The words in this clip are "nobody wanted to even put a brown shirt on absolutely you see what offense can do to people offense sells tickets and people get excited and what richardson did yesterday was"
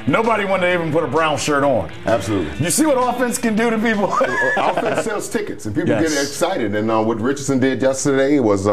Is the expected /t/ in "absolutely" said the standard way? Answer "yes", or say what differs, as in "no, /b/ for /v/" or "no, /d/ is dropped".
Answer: yes